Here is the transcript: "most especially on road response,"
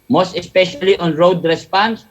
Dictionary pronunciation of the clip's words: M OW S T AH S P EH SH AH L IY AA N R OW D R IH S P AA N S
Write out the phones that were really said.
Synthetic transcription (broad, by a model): M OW S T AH S P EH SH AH L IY AA N R OW D R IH S P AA N S